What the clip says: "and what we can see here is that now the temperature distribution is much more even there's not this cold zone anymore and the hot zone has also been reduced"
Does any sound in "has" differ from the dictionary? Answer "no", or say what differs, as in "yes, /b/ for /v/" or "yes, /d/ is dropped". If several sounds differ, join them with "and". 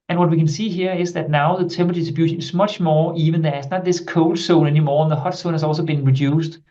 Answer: yes, /s/ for /z/